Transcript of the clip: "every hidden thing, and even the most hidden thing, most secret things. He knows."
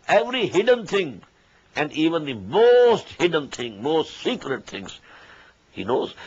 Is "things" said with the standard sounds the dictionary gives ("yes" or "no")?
no